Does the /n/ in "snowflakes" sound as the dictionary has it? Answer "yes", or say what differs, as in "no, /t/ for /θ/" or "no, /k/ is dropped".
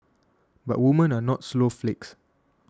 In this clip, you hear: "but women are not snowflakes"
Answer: no, /l/ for /n/